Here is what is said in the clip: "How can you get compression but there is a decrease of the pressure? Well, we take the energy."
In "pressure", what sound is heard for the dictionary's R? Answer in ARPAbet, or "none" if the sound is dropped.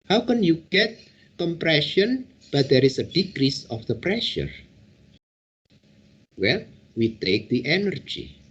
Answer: R